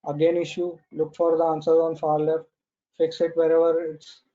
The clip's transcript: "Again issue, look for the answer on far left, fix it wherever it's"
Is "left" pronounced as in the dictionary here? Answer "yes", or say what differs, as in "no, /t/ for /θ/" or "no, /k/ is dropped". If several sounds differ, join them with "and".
no, /f/ is dropped